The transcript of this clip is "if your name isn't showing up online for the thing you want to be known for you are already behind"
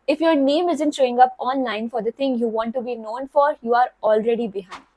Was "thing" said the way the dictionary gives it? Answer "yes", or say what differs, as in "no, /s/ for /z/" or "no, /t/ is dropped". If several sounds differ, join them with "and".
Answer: no, /t/ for /θ/